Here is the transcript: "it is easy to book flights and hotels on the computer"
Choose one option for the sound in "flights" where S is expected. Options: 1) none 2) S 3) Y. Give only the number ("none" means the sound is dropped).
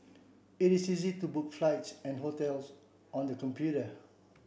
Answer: 2